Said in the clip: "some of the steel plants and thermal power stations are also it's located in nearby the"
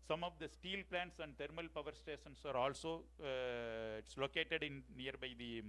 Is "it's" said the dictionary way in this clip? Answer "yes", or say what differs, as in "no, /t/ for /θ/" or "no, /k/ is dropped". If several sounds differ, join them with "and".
yes